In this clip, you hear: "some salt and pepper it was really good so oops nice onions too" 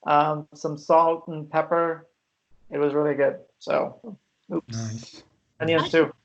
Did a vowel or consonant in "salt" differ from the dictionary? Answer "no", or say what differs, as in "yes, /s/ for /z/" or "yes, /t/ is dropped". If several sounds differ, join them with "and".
no